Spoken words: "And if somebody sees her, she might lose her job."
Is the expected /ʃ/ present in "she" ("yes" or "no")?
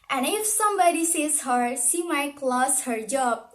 no